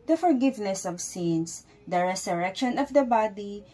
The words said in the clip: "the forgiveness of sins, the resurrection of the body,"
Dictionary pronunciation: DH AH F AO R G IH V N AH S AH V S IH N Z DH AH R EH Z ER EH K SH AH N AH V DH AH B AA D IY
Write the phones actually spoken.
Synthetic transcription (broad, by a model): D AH F AO R G IH V N AH S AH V S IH N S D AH R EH S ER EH K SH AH N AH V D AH B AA D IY